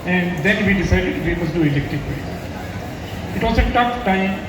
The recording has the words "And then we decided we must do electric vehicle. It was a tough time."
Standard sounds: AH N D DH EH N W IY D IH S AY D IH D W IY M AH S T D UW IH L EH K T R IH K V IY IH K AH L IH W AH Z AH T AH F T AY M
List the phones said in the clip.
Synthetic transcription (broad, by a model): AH N D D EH N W IY D IH S AY D IH D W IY M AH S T D UW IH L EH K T IH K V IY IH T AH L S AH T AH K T AY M